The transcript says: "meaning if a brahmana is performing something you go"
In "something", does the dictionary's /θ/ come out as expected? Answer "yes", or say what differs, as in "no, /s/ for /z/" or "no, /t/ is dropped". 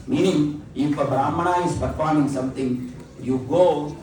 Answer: no, /t/ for /θ/